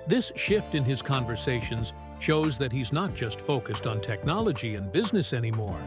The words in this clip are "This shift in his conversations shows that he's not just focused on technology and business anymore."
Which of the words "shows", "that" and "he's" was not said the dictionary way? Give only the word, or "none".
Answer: none